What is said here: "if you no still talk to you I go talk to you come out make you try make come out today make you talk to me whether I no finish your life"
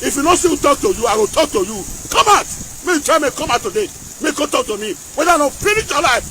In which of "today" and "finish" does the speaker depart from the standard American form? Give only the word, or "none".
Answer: finish